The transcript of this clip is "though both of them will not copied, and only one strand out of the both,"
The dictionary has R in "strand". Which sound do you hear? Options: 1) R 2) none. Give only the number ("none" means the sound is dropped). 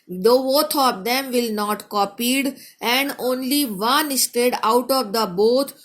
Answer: 2